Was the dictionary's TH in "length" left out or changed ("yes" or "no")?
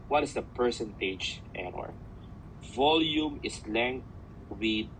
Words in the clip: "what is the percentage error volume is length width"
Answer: yes